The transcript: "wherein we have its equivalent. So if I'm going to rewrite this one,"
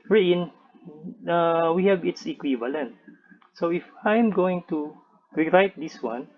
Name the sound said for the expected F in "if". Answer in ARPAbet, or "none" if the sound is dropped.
F